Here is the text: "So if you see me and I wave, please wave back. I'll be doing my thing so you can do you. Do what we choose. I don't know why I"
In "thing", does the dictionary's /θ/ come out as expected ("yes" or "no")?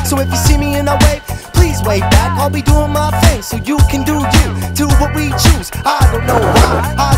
no